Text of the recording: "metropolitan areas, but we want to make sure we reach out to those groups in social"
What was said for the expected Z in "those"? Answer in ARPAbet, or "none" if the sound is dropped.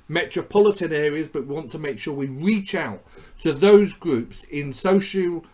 Z